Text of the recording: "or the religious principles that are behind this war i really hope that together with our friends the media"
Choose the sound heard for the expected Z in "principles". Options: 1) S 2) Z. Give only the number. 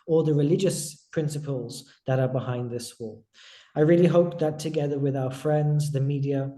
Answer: 2